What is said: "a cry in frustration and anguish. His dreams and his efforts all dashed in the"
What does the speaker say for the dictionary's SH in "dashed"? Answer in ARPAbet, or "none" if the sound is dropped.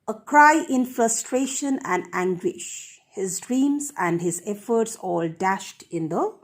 SH